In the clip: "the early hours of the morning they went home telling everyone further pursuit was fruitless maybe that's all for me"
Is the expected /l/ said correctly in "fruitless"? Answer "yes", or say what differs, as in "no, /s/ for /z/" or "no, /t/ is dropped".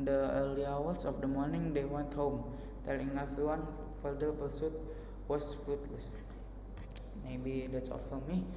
yes